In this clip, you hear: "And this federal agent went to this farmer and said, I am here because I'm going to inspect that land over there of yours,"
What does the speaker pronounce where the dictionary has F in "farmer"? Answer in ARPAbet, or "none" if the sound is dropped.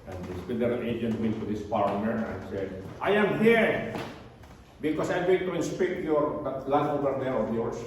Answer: P